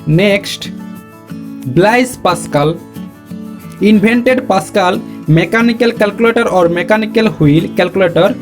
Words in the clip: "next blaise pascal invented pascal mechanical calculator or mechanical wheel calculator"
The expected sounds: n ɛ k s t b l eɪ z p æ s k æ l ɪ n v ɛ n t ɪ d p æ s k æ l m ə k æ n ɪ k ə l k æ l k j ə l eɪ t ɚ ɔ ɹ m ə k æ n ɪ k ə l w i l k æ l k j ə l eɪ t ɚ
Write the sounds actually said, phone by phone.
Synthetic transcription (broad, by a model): n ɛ k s t b l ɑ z p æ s k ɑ l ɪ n b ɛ n t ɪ d p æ s k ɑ l m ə k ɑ n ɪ k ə l k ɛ l k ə l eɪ t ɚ ɔ ɹ m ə k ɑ n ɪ k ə l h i l k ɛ l k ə l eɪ t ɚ